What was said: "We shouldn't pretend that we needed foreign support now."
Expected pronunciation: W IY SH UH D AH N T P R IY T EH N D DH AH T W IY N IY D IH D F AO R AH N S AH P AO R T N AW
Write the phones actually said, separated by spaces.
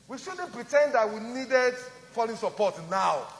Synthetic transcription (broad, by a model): W IY SH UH D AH N P R IY T EH N D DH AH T W IY N IY D IH D F AO L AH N S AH P AO T N AW